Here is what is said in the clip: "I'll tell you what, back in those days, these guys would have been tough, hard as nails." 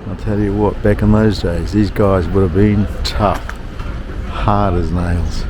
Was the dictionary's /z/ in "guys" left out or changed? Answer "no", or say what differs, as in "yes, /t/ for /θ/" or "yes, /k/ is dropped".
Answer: no